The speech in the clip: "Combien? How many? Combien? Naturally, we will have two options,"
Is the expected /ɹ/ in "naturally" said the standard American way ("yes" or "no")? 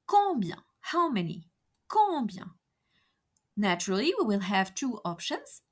yes